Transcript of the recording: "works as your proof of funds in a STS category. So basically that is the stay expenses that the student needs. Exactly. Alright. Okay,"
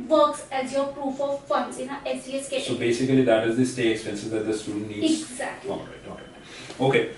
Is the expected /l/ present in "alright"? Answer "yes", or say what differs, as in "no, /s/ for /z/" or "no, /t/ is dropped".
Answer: no, /l/ is dropped